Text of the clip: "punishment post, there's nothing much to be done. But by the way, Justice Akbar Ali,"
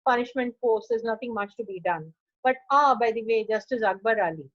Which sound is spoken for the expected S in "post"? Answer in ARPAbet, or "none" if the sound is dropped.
none